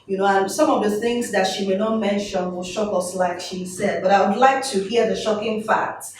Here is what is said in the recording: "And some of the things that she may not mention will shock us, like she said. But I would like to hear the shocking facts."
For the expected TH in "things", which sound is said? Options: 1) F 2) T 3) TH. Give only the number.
3